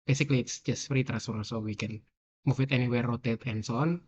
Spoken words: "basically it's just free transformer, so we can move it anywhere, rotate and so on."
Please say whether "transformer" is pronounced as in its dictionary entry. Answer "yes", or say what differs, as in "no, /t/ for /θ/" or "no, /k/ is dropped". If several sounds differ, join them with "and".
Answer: no, /n/ is dropped and /f/ is dropped and /m/ is dropped